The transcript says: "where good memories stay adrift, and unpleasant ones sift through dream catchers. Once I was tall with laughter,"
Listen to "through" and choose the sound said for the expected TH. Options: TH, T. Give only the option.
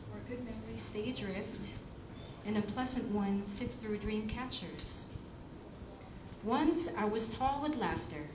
TH